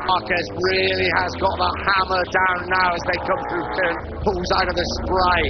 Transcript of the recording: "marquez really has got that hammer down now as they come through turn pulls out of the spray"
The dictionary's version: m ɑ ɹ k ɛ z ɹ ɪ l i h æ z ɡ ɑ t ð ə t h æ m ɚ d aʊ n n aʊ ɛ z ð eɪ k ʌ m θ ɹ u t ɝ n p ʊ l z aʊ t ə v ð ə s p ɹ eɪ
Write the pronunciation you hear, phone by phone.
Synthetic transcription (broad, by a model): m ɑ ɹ k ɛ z ɹ ɪ l i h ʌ z ɡ ɑ t ð ə t h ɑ m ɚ d aʊ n n aʊ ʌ z ð eɪ k ʌ m θ ɹ u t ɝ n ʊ w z aʊ t ə v ð ə s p ɹ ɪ